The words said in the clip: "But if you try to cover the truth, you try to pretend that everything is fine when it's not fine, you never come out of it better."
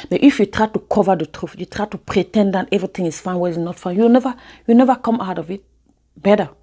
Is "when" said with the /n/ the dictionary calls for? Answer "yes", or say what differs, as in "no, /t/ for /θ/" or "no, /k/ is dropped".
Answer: no, /n/ is dropped